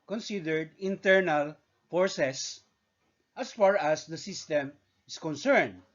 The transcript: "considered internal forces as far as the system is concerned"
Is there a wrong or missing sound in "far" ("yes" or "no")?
no